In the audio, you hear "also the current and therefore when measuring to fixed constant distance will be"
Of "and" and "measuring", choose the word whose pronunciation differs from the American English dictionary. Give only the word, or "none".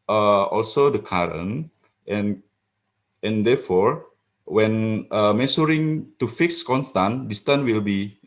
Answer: measuring